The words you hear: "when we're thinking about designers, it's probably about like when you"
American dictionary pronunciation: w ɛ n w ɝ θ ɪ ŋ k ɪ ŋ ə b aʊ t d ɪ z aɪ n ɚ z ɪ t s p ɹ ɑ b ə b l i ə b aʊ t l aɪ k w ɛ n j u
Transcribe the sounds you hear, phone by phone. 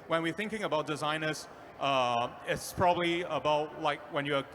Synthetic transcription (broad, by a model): w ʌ n w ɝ θ ɪ ŋ k ɪ ŋ ə b aʊ t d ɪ z aɪ n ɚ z ɪ t s p ɹ ɑ b ə b l i ə b aʊ t l aɪ k w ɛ n j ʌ